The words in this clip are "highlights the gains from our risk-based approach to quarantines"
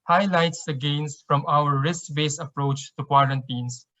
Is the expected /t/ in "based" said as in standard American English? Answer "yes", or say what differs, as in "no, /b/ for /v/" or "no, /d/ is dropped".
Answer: no, /t/ is dropped